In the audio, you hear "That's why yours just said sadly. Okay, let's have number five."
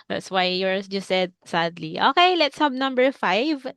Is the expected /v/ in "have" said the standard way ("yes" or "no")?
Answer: no